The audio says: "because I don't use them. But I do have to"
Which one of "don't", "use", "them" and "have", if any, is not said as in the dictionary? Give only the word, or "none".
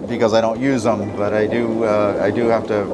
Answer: have